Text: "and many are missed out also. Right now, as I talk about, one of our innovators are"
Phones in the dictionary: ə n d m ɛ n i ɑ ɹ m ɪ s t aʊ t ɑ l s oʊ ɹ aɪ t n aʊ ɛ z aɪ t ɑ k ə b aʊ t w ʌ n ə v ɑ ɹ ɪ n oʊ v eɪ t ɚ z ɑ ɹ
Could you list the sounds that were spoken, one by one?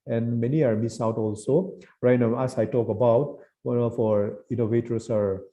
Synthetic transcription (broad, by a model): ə n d m ɛ n i ɑ ɹ m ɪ s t aʊ t ɑ l s oʊ ɹ aɪ t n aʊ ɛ s aɪ t ɑ k ə b aʊ t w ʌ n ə f ɑ ɹ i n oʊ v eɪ t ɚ s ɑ ɹ